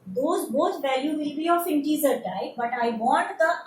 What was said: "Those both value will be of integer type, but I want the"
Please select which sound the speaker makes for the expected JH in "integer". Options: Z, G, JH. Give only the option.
Z